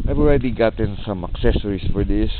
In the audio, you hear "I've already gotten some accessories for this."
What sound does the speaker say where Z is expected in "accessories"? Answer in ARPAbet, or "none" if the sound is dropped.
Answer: S